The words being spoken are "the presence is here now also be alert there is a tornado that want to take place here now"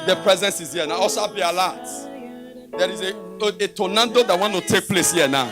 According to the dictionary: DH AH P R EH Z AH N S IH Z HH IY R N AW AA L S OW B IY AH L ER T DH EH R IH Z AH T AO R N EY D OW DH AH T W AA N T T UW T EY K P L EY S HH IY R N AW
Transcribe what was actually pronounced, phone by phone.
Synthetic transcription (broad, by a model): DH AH P R EH Z AH N S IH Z HH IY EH N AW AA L S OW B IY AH L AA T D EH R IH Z AH T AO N N D OW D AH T W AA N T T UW T EY K P L EY S HH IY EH N AW